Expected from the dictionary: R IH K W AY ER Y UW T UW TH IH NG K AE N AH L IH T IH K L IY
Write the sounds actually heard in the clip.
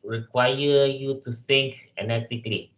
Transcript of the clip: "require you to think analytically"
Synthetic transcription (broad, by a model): R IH K W AY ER Y UW T UW S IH NG K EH N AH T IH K L IY